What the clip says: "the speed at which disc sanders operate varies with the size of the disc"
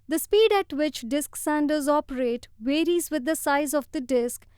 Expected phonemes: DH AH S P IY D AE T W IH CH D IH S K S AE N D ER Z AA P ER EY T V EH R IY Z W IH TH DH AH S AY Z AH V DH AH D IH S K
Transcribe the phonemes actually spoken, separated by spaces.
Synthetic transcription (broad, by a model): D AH S P IY D AE T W IH CH D IH S K S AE N D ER Z AA P ER EY T V EH R IY Z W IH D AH S AY Z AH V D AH D IH S K